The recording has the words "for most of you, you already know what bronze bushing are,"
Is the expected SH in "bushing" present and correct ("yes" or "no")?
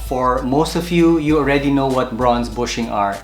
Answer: yes